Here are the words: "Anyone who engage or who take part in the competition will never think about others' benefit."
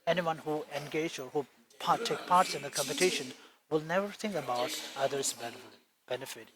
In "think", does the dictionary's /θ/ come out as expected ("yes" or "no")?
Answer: no